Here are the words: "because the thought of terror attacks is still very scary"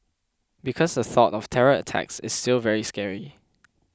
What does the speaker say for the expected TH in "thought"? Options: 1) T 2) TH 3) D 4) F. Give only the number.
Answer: 2